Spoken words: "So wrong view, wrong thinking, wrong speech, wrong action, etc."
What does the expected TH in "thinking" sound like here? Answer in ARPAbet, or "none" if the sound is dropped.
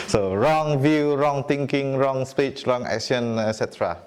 T